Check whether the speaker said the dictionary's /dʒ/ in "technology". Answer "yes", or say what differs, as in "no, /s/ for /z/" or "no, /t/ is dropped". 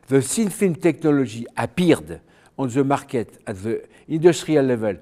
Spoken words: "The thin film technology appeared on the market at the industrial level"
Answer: no, /ʒ/ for /dʒ/